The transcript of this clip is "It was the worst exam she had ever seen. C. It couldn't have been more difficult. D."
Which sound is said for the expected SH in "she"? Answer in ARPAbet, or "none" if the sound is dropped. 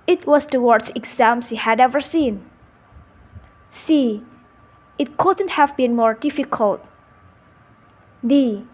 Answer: S